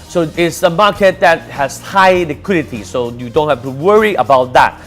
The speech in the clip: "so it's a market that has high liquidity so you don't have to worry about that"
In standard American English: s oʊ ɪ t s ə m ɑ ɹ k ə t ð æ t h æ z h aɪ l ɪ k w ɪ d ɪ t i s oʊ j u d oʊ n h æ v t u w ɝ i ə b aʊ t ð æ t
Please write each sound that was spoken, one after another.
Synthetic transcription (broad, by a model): s oʊ ɪ t s ə m ɑ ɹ k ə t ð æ t h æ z h aɪ l ɪ k w ɪ d ɪ t i s oʊ j u d oʊ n h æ f t u w ɝ i ə b aʊ t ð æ t